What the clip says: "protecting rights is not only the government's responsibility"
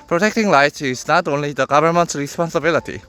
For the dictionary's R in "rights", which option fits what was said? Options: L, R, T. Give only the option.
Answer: L